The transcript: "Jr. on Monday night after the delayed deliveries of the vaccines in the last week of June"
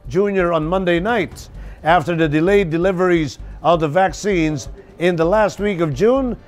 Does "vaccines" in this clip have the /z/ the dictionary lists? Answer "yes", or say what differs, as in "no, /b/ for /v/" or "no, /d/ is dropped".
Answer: yes